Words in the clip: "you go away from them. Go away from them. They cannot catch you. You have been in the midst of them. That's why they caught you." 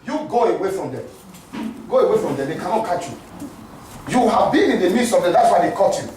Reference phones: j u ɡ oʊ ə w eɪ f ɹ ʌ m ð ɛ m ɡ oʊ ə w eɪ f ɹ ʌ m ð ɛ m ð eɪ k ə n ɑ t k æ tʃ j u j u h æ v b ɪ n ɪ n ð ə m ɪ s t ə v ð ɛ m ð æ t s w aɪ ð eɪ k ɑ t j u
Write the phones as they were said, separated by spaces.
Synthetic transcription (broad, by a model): j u ɡ oʊ ə w eɪ f ɹ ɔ m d ɛ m ɡ oʊ ə w eɪ f ɹ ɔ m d ɛ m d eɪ k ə n ɑ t k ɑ tʃ j u j u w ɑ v b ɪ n ɪ n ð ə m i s ə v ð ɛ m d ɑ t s w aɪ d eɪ k ɑ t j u